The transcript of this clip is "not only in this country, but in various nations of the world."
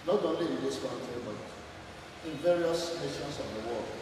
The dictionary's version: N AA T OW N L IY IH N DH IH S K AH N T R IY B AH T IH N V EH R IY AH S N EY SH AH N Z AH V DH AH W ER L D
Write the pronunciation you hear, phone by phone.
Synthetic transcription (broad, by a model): N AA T OW N L IY IH N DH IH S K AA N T IY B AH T IH N V EH R IY AH S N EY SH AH N S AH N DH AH W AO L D